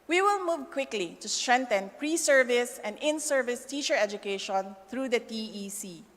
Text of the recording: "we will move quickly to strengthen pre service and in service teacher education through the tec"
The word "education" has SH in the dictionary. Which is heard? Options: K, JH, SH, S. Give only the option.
SH